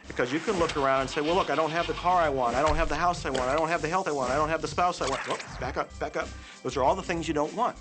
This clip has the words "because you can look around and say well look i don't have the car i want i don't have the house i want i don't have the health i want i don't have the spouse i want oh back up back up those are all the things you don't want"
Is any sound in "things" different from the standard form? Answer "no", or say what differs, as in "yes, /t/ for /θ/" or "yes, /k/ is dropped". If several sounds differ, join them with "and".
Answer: no